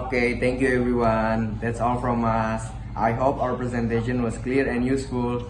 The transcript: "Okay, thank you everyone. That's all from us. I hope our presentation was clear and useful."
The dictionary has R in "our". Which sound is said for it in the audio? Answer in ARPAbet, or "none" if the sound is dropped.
W